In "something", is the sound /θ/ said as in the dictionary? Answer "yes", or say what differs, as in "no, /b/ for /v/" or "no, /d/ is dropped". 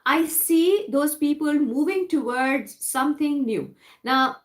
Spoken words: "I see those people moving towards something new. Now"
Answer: no, /t/ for /θ/